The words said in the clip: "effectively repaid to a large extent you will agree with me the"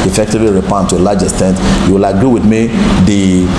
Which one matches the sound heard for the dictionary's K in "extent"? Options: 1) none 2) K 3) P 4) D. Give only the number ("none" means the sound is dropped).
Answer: 1